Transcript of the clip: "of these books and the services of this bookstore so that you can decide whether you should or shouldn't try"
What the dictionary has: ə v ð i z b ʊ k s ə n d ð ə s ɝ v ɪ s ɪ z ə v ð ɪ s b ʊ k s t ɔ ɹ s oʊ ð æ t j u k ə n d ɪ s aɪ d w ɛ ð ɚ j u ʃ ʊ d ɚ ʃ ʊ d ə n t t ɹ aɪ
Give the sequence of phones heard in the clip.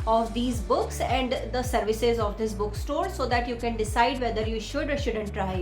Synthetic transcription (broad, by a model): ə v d i z b ʊ k s ə n d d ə s ɝ v ɪ s ɪ z ə v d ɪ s b ʊ k s t ɔ ɹ s oʊ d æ t j u k ə n d ɪ s aɪ d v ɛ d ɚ j u ʃ ʊ d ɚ ʃ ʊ d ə n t t ɹ aɪ